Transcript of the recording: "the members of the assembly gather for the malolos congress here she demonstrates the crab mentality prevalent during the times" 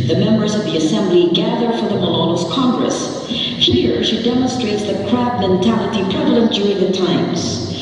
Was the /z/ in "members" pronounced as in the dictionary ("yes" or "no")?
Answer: yes